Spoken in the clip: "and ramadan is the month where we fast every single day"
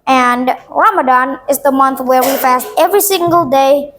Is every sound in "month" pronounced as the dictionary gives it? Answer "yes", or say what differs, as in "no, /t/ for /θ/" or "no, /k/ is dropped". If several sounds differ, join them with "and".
yes